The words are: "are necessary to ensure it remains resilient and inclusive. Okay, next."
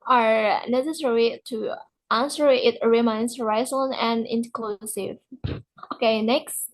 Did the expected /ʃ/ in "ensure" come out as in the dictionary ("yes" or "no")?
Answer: no